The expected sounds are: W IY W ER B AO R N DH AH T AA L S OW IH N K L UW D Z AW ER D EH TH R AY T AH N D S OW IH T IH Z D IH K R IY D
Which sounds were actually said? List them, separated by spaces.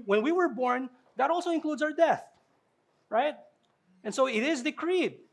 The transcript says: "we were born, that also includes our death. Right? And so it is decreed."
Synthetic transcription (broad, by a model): W IY W ER B AO R N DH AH T AA L S OW IH N K L UW D Z AW ER D EH TH R AY T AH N S OW IH T IH Z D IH K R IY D